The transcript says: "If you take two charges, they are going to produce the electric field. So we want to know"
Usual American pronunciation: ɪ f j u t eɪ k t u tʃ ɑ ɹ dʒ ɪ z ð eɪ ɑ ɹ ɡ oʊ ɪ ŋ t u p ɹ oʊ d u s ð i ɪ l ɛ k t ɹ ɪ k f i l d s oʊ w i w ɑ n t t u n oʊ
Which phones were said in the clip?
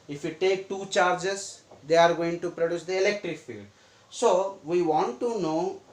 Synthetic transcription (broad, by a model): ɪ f j u t eɪ k t u tʃ ɑ ɹ dʒ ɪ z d eɪ ɑ ɹ ɡ oʊ ɪ ŋ t u p ɹ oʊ d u s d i ɪ l ɛ k t ɹ ɪ k f i l d s oʊ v i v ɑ n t t u n oʊ